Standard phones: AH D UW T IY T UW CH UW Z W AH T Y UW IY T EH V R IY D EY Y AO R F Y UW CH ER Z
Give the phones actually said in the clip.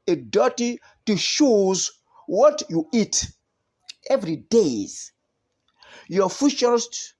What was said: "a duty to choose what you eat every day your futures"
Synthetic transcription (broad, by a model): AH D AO T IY T UW SH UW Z W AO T Y UW IY T EH V R IY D EY Y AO F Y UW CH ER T